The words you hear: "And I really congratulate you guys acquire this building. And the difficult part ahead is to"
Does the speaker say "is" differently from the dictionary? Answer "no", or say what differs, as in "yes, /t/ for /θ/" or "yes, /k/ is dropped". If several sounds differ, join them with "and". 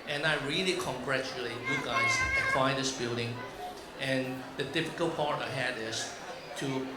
yes, /s/ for /z/